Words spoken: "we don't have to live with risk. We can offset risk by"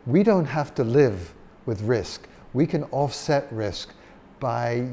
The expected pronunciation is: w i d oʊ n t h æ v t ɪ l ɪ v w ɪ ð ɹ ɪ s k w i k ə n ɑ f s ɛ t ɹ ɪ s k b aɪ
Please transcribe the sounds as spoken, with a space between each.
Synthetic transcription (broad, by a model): w i d oʊ n t h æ f t ɪ l ɪ v w ɪ ð ɹ ɪ s k w i k ə n ɑ f s ɛ t ɹ ɪ s k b aɪ